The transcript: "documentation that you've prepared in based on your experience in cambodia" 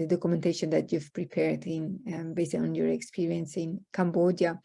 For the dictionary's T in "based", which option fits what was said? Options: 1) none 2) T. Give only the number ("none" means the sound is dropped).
1